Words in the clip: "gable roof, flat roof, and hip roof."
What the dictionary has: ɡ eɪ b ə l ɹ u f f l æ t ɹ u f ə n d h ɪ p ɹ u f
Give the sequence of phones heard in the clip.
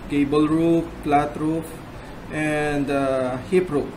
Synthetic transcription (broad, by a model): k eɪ b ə l ɹ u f p l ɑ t ɹ u f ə n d h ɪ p ɹ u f